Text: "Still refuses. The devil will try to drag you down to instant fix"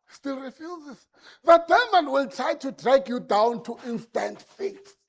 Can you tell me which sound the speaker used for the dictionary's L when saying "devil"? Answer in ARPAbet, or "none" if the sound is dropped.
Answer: N